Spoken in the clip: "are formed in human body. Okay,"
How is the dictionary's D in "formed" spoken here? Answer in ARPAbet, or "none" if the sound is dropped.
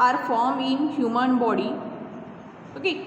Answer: none